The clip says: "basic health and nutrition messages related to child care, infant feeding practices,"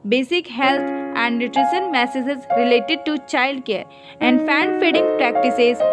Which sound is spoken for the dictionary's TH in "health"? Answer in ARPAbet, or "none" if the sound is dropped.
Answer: T